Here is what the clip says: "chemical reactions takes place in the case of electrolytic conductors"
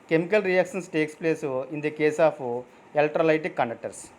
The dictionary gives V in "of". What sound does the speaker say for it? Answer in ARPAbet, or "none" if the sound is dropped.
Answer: P